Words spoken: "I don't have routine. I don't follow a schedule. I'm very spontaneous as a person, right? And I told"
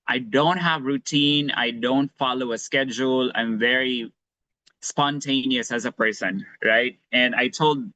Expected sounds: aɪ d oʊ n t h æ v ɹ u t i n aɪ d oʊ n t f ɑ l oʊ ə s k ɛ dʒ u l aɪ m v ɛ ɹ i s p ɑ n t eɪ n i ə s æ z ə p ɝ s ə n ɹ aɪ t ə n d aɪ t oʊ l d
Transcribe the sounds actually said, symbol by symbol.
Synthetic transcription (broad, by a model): aɪ d oʊ n t h æ v ɹ u t i n aɪ d oʊ n t f ɑ l oʊ ə s k ɛ dʒ u l aɪ m v ɛ ɹ i s p ɑ n t eɪ n i ə s æ z ə p ɝ s ə n ɹ aɪ t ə n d aɪ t oʊ l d